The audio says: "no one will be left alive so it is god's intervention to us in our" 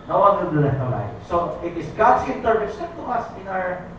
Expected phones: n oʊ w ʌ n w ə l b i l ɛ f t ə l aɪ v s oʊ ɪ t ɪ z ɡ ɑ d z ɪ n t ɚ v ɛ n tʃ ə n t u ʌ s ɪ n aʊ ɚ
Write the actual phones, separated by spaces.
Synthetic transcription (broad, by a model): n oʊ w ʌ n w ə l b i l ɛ t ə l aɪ s oʊ ɪ t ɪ s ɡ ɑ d s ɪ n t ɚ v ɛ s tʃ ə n t u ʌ s ɪ n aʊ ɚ